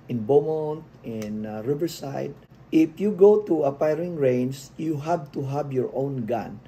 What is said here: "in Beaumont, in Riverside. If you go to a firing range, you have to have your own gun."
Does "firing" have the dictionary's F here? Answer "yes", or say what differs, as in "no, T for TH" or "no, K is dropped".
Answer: no, P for F